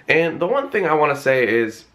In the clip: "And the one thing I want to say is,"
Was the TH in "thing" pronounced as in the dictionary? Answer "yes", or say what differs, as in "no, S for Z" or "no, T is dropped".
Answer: yes